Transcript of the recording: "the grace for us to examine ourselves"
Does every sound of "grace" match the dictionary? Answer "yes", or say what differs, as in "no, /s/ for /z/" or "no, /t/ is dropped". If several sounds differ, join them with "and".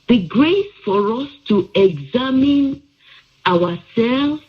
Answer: yes